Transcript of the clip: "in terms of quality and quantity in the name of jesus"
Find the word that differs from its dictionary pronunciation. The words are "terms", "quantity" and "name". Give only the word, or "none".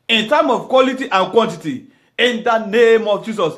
terms